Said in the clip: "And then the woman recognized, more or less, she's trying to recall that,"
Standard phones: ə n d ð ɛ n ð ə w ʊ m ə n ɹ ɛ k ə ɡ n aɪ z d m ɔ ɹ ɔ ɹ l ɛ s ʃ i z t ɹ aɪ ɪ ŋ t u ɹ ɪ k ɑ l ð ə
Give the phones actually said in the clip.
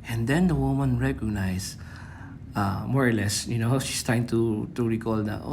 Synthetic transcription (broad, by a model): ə n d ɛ n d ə w ʊ m ə n ɹ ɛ k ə ɡ n aɪ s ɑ m ɔ ɹ ɔ ɹ l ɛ s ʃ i s t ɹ aɪ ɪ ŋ t u ɹ ɪ k ɑ l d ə